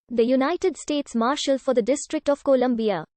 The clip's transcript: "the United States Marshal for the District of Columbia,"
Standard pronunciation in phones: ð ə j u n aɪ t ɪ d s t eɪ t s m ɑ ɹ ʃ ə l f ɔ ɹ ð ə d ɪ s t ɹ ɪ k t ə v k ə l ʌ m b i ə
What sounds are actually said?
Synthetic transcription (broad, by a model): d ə j u n aɪ t ɪ d s t eɪ t s m ɑ ɹ ʃ ə l f ɔ ɹ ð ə d ɪ s t ɹ ɪ k t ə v k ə l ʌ m b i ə